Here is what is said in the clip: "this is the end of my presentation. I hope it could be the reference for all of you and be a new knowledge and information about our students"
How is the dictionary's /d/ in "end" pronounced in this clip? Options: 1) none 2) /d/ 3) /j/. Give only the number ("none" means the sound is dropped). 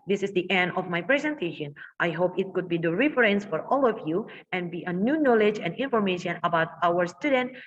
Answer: 2